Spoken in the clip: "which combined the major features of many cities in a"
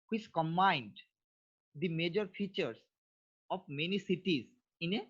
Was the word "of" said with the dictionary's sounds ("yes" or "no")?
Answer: no